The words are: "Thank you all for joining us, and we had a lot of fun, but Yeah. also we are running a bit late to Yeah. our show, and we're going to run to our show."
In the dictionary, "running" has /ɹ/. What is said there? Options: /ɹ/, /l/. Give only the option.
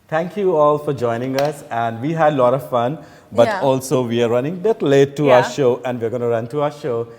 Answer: /ɹ/